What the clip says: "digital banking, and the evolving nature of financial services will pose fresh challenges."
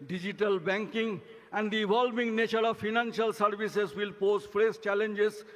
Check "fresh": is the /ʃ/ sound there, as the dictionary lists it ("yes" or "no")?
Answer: no